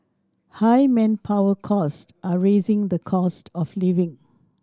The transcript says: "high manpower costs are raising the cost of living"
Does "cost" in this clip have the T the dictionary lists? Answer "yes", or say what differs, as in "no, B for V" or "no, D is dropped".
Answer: yes